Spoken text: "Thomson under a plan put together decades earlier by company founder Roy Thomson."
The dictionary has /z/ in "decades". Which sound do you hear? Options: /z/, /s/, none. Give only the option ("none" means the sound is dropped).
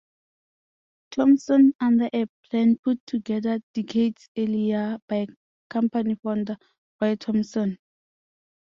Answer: /s/